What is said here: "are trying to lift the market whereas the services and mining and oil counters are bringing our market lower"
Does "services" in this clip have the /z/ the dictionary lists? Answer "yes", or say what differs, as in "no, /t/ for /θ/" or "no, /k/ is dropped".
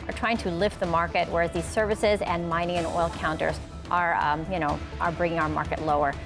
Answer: yes